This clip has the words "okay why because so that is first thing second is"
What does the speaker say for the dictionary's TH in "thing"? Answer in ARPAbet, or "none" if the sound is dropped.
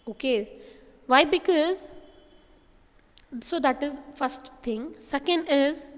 T